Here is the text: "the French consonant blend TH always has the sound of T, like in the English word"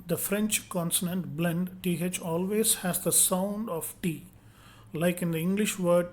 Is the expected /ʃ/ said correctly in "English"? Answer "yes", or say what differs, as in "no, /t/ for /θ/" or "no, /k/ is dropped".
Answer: yes